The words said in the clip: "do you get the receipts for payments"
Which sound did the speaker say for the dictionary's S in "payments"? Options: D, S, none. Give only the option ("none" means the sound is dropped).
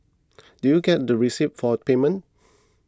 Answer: none